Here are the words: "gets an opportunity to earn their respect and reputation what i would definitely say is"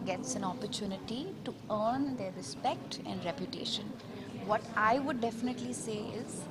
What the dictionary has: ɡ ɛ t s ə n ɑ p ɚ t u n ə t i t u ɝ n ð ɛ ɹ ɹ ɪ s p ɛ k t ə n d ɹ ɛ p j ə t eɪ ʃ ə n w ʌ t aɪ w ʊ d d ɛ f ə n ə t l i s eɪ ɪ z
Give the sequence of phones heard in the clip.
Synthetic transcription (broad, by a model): ɡ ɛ t s ə n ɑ p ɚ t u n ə t i t u ɝ n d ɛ ɹ ɹ ɪ s p ɛ k t ə n d ɹ ɛ p j ə t eɪ ʃ ə n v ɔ t aɪ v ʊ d d ɛ f ə n ə t l i s eɪ ɪ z